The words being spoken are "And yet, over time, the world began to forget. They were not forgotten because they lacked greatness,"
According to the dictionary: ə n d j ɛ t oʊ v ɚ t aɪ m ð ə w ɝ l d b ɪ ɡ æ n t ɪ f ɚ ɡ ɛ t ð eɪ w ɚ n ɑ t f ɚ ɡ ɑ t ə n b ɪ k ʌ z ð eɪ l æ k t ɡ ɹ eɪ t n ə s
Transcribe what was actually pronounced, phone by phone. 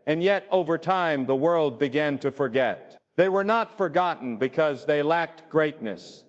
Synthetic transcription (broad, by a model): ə n j ɛ t oʊ v ɚ t aɪ m ð ə w ɝ l d b ɪ ɡ æ n t ɪ f ɚ ɡ ɛ t ð eɪ w ɚ n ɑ t f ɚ ɡ ɑ t n b ɪ k ʌ z ð eɪ l æ k t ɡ ɹ eɪ t n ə s